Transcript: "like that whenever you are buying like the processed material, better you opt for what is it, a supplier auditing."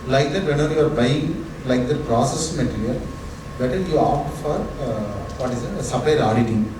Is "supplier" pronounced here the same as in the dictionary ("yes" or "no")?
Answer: no